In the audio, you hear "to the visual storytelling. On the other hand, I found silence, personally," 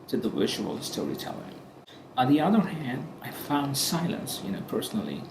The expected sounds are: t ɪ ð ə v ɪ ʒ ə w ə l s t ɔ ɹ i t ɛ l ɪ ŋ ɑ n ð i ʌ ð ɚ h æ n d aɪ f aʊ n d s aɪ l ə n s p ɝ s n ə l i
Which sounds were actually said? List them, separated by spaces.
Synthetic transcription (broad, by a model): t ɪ ð ə w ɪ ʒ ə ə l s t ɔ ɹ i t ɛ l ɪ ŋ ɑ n ð i ʌ ð ɚ h æ n d aɪ f aʊ n d s aɪ l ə n s p ɝ s n l i